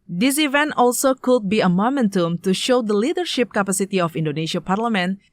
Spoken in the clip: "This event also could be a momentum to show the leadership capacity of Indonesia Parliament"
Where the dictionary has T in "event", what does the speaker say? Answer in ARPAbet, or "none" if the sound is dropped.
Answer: T